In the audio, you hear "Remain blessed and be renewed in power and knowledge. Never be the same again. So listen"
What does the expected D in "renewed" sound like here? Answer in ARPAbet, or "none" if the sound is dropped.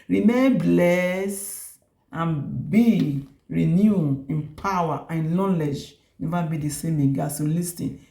none